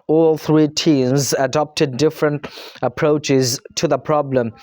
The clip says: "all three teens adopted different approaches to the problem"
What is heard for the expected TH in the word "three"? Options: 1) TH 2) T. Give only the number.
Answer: 1